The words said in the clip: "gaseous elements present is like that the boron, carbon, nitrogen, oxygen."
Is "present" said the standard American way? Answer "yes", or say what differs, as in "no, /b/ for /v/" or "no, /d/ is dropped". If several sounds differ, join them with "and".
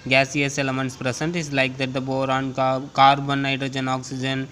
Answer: no, /s/ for /z/